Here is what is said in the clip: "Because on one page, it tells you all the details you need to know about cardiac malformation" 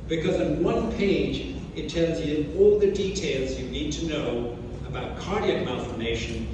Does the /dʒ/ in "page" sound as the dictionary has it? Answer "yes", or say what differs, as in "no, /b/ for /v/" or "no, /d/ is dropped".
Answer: yes